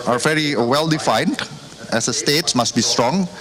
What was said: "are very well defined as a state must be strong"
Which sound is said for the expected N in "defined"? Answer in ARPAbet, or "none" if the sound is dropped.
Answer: N